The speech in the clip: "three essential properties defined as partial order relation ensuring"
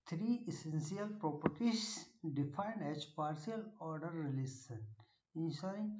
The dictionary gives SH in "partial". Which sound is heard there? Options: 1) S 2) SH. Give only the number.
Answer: 1